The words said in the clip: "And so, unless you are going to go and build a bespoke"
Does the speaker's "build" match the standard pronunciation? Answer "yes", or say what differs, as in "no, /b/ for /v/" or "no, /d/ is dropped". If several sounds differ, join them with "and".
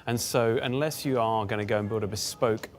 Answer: yes